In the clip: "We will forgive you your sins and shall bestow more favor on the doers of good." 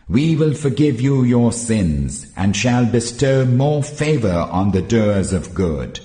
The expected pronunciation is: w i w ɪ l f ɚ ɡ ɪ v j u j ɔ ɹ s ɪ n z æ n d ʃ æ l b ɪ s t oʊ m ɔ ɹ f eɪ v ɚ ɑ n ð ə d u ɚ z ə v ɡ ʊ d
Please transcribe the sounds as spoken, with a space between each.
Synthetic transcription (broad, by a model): w i w ɪ l f ɚ ɡ ɪ v j u j ɔ ɹ s ɪ n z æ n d ʃ æ l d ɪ s t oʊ m ɔ ɹ f eɪ v ɚ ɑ n ð ə d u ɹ z ə v ɡ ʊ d